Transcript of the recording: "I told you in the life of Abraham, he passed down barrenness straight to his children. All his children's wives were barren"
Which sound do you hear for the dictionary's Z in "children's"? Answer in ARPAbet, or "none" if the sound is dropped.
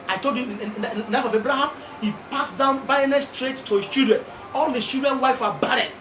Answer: none